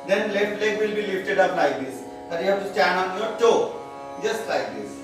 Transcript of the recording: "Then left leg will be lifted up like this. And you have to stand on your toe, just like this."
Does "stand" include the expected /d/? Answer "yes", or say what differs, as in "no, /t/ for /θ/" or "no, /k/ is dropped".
no, /d/ is dropped